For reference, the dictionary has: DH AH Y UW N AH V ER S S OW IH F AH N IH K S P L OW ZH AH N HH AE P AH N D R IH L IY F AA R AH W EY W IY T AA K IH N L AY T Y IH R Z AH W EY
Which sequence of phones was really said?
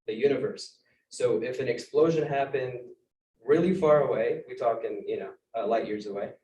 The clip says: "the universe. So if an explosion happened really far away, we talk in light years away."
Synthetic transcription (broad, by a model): DH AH Y UW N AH V ER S S OW IH F AH N IH K S P L OW ZH AH N HH AE P AH N D R IH L IY F AA R AH W EY W IY T AA K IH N L AY T Y IH R Z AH W EY